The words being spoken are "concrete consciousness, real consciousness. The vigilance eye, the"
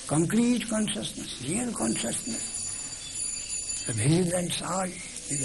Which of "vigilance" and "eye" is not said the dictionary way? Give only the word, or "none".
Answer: vigilance